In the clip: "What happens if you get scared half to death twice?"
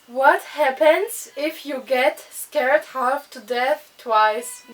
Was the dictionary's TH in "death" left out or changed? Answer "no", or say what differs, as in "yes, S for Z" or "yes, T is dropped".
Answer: no